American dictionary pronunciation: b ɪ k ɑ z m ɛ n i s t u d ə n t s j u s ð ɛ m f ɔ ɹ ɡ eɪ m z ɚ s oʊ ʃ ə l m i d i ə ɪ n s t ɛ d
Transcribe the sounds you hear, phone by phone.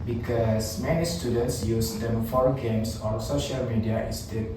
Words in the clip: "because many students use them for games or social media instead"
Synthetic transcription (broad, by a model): b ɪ k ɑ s m ɛ n i s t u d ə n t s j u s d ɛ m f ɔ ɹ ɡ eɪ m s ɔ s oʊ ʃ ə l m i d i ə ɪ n s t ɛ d